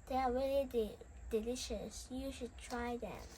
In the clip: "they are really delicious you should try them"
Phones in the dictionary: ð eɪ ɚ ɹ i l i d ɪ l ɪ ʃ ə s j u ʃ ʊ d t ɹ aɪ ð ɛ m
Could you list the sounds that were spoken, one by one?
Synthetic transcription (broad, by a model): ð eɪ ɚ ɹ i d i d ɪ l ɪ ʃ ə s j u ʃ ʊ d t ɹ aɪ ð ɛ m